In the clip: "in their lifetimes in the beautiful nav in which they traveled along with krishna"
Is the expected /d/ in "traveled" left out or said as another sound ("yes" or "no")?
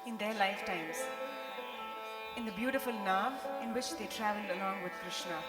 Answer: no